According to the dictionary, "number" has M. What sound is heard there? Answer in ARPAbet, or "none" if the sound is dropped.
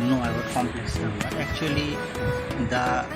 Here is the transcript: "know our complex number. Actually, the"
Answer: none